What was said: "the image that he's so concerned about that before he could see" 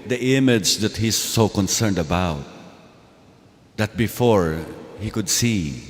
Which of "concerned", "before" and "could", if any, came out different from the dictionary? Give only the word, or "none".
none